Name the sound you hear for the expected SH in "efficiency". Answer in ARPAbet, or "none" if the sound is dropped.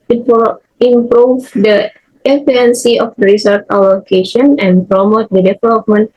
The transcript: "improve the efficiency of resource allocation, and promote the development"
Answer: none